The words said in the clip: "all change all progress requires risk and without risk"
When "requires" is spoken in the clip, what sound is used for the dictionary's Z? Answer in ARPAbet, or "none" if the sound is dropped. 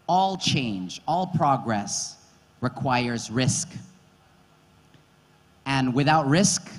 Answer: Z